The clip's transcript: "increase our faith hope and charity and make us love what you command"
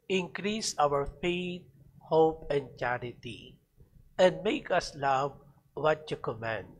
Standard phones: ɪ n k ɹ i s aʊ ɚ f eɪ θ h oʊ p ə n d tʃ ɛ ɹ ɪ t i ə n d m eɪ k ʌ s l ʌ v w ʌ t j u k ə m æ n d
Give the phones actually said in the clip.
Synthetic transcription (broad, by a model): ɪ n k ɹ i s aʊ ɚ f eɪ t h oʊ p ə n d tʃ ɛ ɹ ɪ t i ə n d m eɪ k ʌ s l ʌ v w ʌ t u k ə m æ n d